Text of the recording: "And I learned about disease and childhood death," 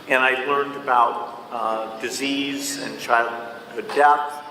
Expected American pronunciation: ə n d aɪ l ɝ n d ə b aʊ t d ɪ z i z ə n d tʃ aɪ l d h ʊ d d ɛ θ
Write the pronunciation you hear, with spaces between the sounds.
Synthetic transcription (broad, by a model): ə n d aɪ l ɝ n d ə b aʊ t d ɪ z i z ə n tʃ aɪ l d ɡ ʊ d d ɛ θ